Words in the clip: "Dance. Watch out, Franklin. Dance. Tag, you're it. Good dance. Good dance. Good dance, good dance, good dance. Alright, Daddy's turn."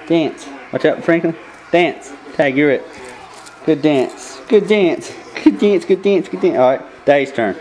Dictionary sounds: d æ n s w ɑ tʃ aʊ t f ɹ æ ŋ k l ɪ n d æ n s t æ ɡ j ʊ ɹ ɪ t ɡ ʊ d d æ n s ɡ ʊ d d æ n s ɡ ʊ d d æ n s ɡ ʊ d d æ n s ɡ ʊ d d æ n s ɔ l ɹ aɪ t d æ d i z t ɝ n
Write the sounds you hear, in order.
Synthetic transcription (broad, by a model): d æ n s w ɑ tʃ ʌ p f ɹ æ ŋ k l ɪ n d æ n s t æ ɡ j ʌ ɹ ɪ t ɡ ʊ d d æ n s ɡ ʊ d d æ n s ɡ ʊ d d æ n s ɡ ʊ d d æ n s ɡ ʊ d d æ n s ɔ ɹ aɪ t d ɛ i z t ɝ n